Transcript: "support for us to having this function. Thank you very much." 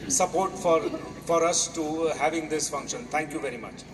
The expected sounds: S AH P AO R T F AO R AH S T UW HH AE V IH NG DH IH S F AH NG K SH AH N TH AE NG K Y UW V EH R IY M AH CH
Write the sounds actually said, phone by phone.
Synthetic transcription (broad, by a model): S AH P AO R T F AO R AH S T UW HH AE V IH NG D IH S F AH NG K SH AH N T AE NG K Y UW V EH R IY M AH CH